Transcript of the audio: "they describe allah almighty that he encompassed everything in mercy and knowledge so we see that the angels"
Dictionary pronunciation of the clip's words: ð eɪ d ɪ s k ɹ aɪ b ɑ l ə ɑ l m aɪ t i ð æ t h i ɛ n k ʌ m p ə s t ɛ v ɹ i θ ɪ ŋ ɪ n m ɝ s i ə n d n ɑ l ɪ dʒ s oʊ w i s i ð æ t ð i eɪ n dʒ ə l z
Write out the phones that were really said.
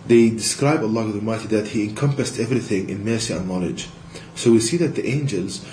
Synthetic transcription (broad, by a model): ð eɪ d ɪ s k ɹ aɪ b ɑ l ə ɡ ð m aɪ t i ð æ t h i ɛ n k ʌ m p ə s t ɛ v ɹ i θ ɪ ŋ ɪ n m ɝ s i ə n n ɑ l ɪ dʒ s oʊ w i s i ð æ t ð i eɪ n dʒ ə l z